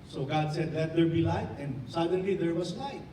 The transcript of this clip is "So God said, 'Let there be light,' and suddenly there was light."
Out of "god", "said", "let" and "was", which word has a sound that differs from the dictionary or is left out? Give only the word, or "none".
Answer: was